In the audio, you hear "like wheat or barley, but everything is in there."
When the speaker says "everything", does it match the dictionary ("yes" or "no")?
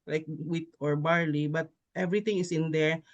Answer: no